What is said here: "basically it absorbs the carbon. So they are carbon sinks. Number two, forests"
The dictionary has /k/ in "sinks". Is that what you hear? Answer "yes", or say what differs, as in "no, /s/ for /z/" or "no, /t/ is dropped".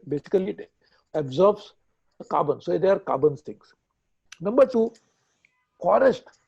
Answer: no, /k/ is dropped